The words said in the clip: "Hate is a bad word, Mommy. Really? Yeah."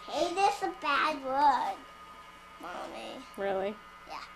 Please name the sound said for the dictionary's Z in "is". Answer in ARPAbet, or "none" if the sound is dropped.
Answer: S